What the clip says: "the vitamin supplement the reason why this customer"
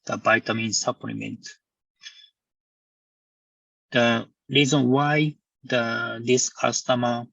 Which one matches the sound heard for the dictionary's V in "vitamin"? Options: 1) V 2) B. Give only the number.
2